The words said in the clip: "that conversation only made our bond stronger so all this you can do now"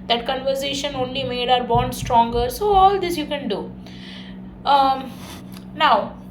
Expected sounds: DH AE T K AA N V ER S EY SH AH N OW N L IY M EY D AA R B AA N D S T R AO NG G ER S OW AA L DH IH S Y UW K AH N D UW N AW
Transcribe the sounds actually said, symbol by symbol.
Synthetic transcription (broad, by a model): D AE T K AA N V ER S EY SH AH N OW N L IY M EY D AA R B AA N D S T R AO NG G ER S OW AA L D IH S Y UW K AH N D UW N AW